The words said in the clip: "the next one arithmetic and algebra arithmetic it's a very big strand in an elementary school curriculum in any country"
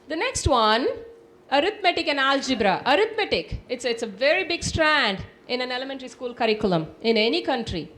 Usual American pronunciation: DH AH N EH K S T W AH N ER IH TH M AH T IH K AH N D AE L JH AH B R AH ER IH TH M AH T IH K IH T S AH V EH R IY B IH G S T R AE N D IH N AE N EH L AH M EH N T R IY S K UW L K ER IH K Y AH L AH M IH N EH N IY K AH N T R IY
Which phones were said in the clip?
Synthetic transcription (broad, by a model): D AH N EH K S T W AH N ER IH T M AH T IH K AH N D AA L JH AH B R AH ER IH T M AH T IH K IH T S AH V EH R IY B IH G S T R AE N D IH N AE N EH L AH M EH N T R IY S K UW L K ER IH K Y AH L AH M IH N EH N IY K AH N T R IY